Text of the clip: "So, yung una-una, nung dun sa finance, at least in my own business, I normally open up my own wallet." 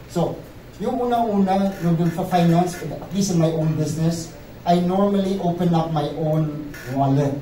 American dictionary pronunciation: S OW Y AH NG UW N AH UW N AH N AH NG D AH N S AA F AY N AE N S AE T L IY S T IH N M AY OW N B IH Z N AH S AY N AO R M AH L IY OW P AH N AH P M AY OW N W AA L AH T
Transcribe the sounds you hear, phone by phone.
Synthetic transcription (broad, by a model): S OW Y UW UW N AH UW N AH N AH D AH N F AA F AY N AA N S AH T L IY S IH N M AY OW N B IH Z N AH S AY N AO R M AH L IY OW P AH N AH P M AY OW N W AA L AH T